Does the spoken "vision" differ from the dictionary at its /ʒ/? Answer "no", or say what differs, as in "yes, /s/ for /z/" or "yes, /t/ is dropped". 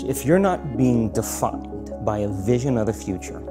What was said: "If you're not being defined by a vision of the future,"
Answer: no